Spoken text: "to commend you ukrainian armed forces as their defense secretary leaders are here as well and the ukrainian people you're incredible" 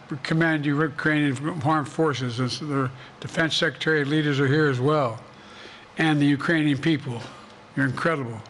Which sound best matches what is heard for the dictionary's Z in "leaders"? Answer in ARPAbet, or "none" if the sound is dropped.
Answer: Z